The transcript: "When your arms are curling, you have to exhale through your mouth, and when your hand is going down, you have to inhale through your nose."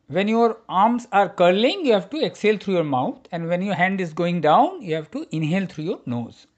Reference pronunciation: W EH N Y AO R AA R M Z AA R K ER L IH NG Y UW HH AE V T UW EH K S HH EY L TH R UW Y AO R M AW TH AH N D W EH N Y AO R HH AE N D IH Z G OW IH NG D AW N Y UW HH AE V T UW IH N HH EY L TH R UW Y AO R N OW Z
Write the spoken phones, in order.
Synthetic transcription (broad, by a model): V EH N Y AO R AA R M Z AA R K ER L IH NG Y UW HH AE V T UW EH K S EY L T R UW Y AO R M AW T AH N D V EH N Y AO R HH AE N D IH Z G OW IH NG D AW N Y UW HH AE V T UW IH N HH EY L T R UW Y AO R N OW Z